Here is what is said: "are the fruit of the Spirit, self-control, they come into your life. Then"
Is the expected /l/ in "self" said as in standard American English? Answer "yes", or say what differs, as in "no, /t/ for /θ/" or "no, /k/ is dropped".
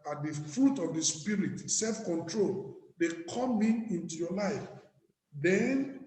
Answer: yes